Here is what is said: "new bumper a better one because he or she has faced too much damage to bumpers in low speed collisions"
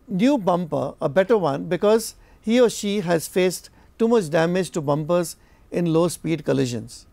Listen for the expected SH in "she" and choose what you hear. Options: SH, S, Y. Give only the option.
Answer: SH